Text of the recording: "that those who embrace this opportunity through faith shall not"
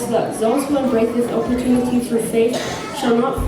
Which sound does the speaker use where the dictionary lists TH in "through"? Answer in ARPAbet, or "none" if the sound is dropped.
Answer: F